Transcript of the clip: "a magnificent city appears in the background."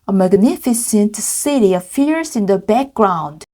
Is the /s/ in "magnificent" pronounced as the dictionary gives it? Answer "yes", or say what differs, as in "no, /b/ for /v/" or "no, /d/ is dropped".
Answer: yes